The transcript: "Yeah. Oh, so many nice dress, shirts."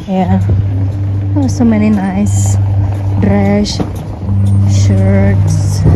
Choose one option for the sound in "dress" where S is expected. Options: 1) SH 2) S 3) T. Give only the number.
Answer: 1